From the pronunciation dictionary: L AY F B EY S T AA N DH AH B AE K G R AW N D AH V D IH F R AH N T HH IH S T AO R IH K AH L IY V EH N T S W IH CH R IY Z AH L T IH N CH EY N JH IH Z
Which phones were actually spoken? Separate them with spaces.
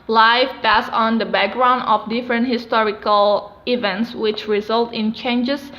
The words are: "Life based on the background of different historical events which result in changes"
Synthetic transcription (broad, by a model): L AY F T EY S AA N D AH B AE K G R AW N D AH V D IH F R AH N T HH IH S T AO R IH K AH L IY V EH N T S W IH CH R IY Z AH L T IH N CH EY N JH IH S